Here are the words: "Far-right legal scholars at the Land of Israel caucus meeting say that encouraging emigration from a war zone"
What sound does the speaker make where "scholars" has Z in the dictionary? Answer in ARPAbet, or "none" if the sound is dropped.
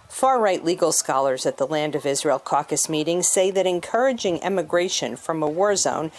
Z